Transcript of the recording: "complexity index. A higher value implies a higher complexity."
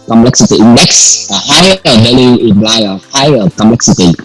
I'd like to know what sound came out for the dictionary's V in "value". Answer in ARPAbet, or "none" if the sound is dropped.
B